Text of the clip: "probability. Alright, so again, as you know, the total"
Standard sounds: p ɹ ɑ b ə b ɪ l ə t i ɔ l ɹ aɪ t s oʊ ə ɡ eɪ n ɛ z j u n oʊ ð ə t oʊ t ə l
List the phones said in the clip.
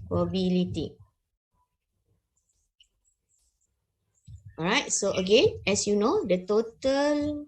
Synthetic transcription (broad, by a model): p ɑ b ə l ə t i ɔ ɹ aɪ t s oʊ ə ɡ eɪ n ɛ s j u n oʊ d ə t oʊ t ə l